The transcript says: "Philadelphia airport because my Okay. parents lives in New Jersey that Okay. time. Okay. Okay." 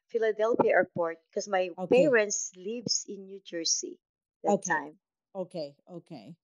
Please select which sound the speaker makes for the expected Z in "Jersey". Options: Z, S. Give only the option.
S